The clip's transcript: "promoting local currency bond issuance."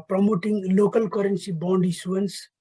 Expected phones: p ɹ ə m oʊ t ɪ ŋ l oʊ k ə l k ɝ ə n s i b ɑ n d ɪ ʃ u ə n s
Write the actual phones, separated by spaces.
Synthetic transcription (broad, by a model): p ɹ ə m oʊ t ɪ ŋ l oʊ k ə l k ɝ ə n s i b ɑ n d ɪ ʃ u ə n s